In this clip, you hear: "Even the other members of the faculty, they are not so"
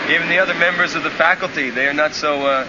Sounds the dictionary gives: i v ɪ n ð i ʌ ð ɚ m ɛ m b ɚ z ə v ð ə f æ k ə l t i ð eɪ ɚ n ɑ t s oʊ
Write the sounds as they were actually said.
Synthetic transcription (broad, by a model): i v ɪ n ð i ʌ ð ɚ m ɛ m b ɚ z ə v ð ə f æ k l t i ð eɪ ɚ n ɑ t s oʊ